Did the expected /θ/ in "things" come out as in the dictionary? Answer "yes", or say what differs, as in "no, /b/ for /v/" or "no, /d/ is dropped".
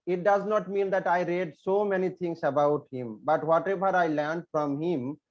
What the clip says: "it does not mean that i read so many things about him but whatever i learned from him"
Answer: no, /t/ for /θ/